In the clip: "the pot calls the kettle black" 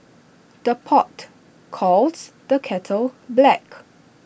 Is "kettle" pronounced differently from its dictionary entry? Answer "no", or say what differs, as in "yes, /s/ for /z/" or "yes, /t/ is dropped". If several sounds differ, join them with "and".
no